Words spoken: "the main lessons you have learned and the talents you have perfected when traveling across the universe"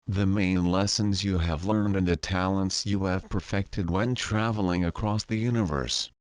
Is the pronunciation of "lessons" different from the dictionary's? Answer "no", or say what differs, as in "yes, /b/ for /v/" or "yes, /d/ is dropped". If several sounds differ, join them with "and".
no